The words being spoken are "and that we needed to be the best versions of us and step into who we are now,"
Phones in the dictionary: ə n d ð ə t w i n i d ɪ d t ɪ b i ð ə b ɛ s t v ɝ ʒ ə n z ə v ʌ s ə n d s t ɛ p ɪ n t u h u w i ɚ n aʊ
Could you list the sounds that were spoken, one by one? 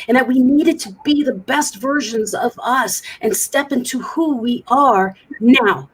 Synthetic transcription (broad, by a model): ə n ð ə t w i n i d ɪ d t ɪ b i ð ə b ɛ s t v ɝ ʒ ə n z ə v ʌ s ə n s t ɛ p ɪ n t u h u w i ɚ n aʊ